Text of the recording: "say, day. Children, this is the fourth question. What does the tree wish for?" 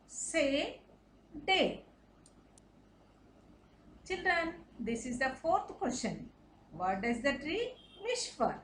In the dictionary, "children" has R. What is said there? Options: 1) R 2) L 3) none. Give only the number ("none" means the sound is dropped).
1